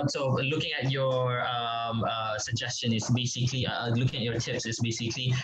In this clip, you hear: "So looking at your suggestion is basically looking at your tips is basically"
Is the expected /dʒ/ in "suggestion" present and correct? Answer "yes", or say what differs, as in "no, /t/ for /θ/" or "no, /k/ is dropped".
yes